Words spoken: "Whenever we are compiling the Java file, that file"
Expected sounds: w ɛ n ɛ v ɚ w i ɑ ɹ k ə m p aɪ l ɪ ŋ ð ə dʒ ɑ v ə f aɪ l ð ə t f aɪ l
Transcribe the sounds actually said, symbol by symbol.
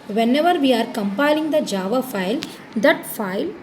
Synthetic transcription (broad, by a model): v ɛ n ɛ v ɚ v i ɑ ɹ k ə m p aɪ l ɪ ŋ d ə dʒ ɑ v ə f aɪ l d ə t f aɪ l